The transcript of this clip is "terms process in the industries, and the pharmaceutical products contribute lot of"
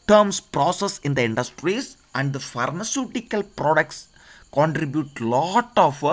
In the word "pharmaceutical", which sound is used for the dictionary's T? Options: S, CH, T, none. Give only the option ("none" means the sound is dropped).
T